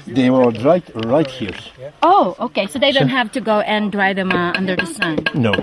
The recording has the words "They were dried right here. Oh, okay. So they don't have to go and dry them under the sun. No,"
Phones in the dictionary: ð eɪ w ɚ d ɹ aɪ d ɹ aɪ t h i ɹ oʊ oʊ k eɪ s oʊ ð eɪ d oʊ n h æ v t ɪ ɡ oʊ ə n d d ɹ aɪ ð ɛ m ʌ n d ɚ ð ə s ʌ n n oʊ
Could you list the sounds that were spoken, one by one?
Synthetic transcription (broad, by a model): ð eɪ w ɚ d ɹ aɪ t ɹ aɪ t h i ɹ oʊ oʊ k eɪ s oʊ ð eɪ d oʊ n h æ v t ɪ ɡ oʊ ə n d d ɹ aɪ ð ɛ m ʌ n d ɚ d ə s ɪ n n oʊ